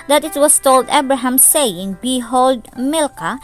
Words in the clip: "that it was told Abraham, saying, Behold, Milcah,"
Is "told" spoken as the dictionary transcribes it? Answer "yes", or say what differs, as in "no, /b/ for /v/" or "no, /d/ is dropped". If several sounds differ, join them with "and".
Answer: yes